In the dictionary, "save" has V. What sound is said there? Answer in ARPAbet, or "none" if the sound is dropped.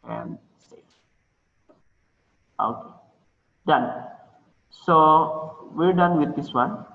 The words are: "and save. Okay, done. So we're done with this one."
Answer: F